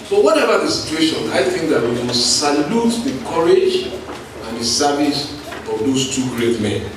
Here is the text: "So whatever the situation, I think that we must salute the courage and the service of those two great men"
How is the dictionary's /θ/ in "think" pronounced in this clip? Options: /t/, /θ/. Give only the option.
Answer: /θ/